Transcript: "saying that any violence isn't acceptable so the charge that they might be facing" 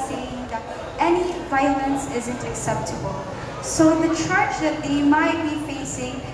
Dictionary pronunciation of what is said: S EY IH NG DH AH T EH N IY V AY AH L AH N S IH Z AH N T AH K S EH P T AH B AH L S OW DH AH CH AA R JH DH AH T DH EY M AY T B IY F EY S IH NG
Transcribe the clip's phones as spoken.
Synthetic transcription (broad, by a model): S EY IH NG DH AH T EH N IY V AY AH L AH N S IH Z AH N T AH K S EH P T AH B AH L S OW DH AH CH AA R CH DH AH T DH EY M AY T B IY F EY S IH NG